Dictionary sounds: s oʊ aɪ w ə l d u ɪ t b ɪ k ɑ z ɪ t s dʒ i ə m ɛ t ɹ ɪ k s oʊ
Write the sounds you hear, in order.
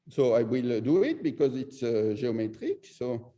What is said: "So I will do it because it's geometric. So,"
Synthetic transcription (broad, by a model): s oʊ aɪ w ə l d u ɪ t b ɪ k ɑ z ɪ t s ʒ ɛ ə m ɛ t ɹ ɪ k s oʊ